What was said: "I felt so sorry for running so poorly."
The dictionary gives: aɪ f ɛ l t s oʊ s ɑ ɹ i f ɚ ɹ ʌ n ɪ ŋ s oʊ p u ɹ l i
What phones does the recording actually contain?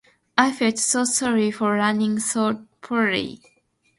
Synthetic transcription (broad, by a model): aɪ f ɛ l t s oʊ s ɑ ɹ i f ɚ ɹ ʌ n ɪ ŋ s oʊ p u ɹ i